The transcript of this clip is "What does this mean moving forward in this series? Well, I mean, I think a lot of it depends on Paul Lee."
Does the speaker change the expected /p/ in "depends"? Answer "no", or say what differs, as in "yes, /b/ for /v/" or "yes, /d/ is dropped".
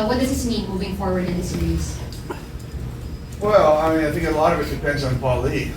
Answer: no